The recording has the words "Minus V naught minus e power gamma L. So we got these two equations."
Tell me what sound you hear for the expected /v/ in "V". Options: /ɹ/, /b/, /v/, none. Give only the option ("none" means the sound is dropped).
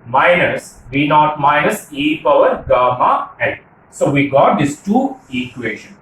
/b/